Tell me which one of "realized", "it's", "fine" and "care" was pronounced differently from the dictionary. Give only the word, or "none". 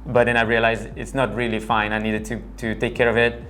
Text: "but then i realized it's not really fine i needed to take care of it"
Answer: realized